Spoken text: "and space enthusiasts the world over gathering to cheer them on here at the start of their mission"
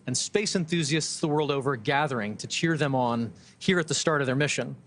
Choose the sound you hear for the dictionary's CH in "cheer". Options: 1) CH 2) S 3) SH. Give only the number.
1